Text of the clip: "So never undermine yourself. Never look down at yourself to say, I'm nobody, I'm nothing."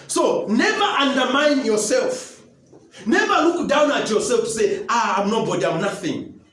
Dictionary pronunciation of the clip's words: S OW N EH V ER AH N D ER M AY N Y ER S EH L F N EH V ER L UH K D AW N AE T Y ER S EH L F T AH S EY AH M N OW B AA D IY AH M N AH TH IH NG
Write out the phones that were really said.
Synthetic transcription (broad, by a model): S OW N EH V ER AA N D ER M AY N Y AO S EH L F N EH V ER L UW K D AW N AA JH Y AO S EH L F S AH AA AH M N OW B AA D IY AH M N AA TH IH NG